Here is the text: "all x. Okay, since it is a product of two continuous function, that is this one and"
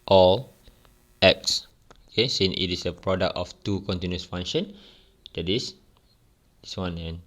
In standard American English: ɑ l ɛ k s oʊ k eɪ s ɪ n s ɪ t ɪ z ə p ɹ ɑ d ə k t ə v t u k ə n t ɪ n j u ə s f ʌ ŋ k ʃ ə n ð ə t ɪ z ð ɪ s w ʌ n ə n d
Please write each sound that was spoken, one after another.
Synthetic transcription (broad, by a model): ɑ l ɛ k s oʊ k eɪ s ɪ n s ɪ t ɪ s ə p ɹ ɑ d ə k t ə f t u k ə n t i n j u s f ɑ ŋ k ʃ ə n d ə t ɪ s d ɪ s w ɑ n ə n